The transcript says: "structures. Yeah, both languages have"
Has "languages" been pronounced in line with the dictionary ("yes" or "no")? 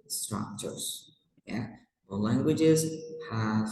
yes